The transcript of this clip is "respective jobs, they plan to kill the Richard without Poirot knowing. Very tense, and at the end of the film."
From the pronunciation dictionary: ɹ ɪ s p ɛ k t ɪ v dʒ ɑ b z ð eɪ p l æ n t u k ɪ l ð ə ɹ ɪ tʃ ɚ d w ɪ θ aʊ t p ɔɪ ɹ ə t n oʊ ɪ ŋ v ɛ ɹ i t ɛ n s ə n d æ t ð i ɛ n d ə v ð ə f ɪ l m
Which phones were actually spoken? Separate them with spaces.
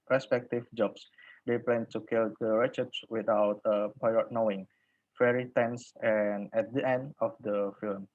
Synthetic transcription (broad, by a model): ɹ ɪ s p ɛ k t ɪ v dʒ ɑ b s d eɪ p l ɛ n t u k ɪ l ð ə ɹ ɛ tʃ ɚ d w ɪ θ aʊ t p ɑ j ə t n oʊ ɪ ŋ f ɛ ɹ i t ɛ n s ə n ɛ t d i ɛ n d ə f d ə f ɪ l m